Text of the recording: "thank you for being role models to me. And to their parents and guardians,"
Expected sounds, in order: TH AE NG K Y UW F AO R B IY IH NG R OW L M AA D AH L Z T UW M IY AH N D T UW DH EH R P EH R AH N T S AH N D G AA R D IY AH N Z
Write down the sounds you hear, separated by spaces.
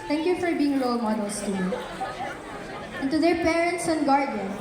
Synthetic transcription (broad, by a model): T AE NG K Y UW F AO R B IY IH NG L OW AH M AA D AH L S T UW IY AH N T UW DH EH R P EH R AH N T S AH N G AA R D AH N